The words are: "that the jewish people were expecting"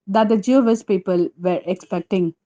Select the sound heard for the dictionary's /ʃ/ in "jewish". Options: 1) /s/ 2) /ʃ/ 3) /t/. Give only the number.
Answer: 1